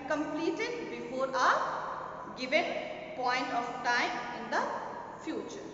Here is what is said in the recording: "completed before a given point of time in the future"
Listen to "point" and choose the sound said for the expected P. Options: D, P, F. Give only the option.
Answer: P